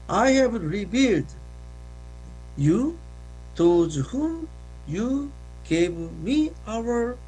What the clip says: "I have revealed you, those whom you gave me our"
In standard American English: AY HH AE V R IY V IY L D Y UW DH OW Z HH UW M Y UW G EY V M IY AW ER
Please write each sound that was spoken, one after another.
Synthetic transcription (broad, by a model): AY HH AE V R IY B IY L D Y UW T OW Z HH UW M Y UW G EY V M IY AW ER